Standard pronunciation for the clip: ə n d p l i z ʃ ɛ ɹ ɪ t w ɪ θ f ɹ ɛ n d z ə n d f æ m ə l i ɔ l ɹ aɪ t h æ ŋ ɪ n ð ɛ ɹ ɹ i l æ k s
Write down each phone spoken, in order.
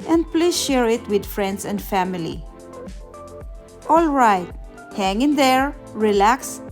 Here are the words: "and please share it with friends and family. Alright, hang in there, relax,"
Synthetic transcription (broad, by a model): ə n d p l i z ʃ ɛ ɹ ɪ t w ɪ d f ɹ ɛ n d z ə n d f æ m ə l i ɔ l ɹ aɪ t h æ ŋ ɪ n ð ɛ ɹ ɹ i l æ k s